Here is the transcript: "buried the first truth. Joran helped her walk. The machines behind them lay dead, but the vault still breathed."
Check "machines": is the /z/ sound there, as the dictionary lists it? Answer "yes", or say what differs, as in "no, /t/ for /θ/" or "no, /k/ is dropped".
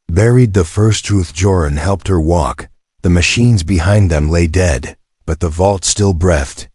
yes